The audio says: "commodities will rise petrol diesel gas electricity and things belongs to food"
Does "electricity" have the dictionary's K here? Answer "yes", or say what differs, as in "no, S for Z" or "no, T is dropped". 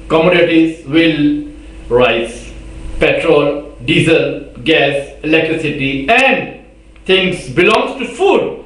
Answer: yes